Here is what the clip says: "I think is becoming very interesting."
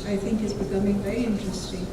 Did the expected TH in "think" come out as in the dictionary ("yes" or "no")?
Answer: yes